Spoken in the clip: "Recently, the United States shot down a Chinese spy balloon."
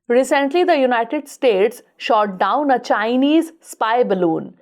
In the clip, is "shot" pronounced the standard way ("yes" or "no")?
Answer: yes